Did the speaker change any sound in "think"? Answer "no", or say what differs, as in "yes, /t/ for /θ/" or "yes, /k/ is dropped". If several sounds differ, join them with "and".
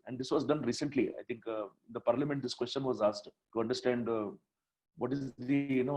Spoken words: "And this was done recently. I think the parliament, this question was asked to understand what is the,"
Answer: yes, /t/ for /θ/